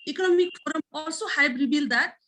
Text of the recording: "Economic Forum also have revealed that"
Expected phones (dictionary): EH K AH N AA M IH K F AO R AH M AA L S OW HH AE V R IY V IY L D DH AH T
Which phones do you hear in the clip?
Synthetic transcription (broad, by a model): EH K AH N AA M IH K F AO R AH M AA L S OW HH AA B R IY B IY L D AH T